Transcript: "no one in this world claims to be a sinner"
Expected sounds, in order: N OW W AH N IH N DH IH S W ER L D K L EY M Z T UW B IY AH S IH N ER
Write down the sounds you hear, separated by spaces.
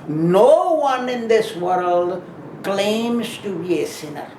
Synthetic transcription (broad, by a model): N OW W AH N IH N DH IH S W ER L D K L EY M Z T UW B IY AH S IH N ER